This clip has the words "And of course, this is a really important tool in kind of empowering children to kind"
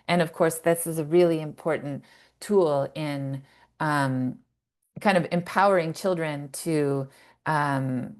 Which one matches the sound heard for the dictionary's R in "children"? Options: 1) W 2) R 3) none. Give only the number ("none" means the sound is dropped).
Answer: 2